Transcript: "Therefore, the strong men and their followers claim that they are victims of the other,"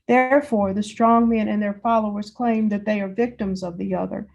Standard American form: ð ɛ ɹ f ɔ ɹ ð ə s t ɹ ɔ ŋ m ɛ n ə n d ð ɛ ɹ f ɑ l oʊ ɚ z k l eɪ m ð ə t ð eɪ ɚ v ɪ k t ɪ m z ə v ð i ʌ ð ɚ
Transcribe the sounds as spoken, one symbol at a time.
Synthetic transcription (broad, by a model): ð ɛ ɹ f ɔ ɹ ð ə s t ɹ ɔ ŋ m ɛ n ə n ð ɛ ɹ f ɑ l oʊ ɚ z k l eɪ m ð ə t ð eɪ ɚ v ɪ k t ɪ m z ə v ð i ʌ ð ɚ